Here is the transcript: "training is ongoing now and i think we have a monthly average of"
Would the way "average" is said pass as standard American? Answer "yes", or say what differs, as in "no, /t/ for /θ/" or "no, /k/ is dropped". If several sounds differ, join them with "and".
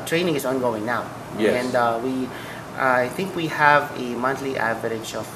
no, /ʃ/ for /dʒ/